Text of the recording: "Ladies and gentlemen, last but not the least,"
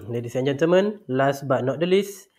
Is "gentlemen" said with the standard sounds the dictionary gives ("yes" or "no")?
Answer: no